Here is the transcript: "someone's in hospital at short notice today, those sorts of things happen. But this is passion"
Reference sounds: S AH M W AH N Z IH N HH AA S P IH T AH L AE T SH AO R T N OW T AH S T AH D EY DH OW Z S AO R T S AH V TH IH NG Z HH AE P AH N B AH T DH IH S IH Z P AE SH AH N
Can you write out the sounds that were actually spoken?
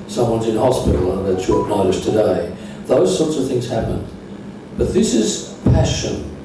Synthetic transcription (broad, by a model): S AH M W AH N Z IH N HH AA S P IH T L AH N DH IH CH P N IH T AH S T AH D EY DH OW Z S AO R T S AH V TH IH NG Z HH AE P AH N B AH T DH IH S IH Z P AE SH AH N